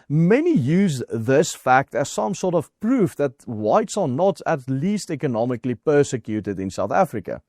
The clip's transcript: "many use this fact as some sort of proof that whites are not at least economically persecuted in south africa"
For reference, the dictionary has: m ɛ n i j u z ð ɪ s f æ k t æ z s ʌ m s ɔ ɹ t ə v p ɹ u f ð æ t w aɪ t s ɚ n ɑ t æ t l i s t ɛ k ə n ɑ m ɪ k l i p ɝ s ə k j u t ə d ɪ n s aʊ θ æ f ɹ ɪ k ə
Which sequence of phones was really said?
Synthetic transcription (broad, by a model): m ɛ n i j u z ð ɪ s f æ k t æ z s ʌ m s ɔ ɹ t ə v p ɹ u f ð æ t w aɪ t s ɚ n ɑ t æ t l i s t ɛ k ə n ɑ m ɪ k l i p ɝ s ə k j u t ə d ɪ n s aʊ θ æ f ɹ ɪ k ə